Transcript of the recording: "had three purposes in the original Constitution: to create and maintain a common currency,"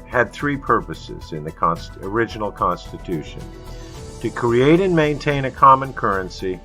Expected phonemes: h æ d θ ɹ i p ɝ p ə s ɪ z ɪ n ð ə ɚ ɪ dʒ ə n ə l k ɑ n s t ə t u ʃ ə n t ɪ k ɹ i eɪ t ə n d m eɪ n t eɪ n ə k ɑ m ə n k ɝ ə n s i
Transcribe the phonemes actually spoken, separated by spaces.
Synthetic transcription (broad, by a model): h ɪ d θ ɹ i p ɝ p ə s ɪ z ɪ n ð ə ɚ ɪ dʒ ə n l k ɑ n s t ə t u ʃ ə n t ɪ k ɹ i eɪ t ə n m eɪ n t eɪ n ə k ɑ m ə n k ɝ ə n s i